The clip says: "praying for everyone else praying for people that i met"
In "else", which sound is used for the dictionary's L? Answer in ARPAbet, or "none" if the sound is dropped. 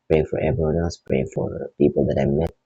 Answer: none